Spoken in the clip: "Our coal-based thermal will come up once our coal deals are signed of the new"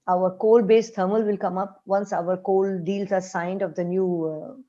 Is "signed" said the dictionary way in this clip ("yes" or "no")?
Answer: yes